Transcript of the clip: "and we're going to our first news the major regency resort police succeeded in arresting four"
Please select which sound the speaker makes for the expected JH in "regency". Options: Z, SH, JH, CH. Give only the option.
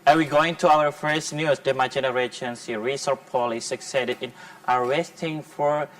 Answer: SH